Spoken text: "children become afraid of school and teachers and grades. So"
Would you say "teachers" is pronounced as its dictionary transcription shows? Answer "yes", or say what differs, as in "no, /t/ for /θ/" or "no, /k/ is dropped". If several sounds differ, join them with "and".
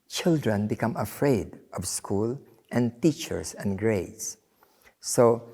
no, /s/ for /z/